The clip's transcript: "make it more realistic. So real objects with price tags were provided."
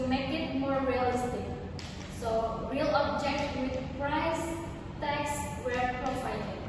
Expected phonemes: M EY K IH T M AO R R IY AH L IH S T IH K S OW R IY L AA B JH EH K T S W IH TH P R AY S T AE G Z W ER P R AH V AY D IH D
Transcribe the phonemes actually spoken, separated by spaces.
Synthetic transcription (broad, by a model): M EY K IH T M AO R R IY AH L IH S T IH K S OW R IY L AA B JH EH K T W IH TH P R AY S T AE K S W ER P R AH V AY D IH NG